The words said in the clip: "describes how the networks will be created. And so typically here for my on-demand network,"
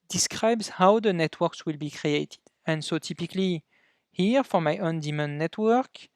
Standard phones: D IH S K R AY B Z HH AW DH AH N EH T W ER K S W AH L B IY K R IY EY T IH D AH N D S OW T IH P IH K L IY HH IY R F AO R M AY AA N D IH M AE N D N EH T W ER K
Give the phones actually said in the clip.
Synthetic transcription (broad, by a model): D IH S K R AY B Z HH AW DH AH N EH T W ER K S W AH L B IY K R IY EY T IH D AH N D S OW T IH P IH K L IY HH IY R F AO R M AY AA N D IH M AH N N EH T W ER K